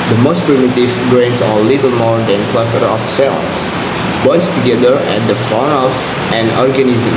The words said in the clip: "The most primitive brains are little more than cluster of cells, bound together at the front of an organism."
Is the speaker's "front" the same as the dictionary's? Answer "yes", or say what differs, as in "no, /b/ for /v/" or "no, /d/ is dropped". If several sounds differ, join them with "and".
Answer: no, /ɹ/ is dropped